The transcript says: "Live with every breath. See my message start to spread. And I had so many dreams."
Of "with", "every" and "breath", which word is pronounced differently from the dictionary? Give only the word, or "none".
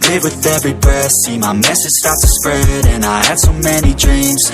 breath